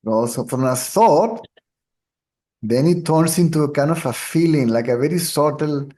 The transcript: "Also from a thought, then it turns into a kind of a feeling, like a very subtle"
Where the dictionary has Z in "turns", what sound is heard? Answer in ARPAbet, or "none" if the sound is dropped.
S